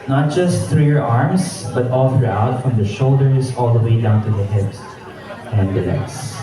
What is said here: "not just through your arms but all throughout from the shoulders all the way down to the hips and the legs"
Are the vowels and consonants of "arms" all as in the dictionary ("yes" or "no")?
no